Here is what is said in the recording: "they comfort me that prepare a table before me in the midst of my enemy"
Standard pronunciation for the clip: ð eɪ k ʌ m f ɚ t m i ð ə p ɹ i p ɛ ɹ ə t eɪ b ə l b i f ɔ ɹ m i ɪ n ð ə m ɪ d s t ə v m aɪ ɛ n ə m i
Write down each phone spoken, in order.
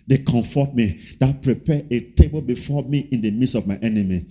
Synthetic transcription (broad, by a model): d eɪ k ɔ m f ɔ t m i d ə p ɹ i p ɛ ə t eɪ b ə l b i f ɔ m i ɪ n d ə m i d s ə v m aɪ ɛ n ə m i